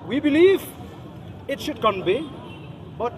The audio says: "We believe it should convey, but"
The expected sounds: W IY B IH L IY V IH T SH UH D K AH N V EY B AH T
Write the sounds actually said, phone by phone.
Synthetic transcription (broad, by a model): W IY B IH L IY V IH T SH UH D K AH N B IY B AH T